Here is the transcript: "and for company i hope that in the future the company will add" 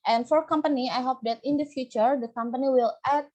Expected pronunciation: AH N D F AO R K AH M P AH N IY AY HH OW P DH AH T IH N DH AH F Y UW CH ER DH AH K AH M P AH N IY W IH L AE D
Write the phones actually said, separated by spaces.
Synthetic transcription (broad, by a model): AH N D F AO R K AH M P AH N IY AY HH OW P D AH T IH N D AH F Y UW CH ER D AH K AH M P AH N IY W IH L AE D